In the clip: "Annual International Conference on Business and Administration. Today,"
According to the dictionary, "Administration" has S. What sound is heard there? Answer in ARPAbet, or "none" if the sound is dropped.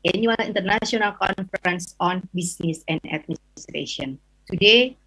none